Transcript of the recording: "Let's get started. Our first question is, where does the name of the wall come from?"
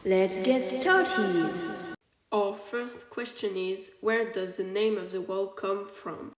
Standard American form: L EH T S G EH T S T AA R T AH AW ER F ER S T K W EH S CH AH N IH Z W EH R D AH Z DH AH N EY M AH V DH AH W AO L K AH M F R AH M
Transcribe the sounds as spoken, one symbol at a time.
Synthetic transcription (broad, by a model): L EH T S G EH T S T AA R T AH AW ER F ER S T K W EH S CH AH N IH Z W EH R D AH Z DH AH N EY M AH V DH AH W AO L K AH M F R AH M